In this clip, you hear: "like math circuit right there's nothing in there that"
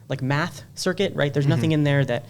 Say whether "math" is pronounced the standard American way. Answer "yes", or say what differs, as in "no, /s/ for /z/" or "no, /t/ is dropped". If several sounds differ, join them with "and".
yes